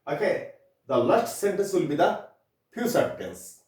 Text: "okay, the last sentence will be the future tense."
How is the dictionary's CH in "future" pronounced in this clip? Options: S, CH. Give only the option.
S